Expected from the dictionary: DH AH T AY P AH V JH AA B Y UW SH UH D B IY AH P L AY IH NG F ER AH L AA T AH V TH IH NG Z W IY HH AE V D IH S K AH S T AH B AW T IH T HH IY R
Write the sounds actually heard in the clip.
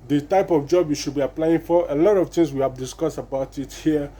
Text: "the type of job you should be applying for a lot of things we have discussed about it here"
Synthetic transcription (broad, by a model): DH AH T AY P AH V JH AA B Y UW SH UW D B IY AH P L AY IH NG F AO AH L AA T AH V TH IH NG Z W IY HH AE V D IH S K AH S T AH B AW T IH T HH IY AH